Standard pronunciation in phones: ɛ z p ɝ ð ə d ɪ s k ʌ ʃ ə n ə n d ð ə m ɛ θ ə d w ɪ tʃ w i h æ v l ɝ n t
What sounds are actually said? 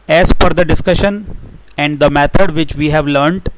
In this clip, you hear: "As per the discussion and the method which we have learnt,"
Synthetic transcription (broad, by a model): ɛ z f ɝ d ə d ɪ s k ʌ ʃ ə n ə n d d ə m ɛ t ə d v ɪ tʃ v i h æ v l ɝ n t